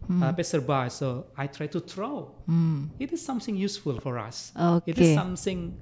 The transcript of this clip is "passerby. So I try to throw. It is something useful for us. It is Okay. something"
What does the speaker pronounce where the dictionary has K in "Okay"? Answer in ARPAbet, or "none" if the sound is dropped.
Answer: none